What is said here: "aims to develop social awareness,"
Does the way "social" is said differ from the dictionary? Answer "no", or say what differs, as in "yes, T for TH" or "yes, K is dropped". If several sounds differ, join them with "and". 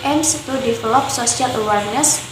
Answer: yes, S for SH